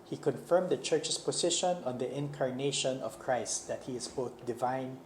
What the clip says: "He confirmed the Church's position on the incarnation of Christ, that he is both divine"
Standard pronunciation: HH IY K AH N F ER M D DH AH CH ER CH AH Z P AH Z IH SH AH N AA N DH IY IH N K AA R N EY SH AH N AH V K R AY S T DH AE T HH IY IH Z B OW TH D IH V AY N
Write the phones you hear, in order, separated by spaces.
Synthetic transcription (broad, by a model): HH IY K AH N F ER M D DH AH CH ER CH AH S P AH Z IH SH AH N AA N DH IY IH N K AA R N EY SH AH N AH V K R AY S T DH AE T HH IY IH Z B OW TH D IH V AY N